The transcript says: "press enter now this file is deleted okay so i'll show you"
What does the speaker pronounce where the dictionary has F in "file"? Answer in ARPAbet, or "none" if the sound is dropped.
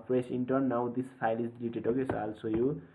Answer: P